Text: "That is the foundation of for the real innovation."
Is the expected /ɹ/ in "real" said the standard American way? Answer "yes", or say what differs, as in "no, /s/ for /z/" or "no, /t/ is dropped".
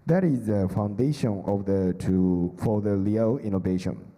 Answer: no, /l/ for /ɹ/